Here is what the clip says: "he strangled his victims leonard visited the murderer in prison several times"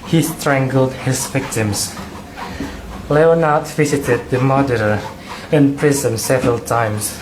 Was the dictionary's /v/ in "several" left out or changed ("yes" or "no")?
no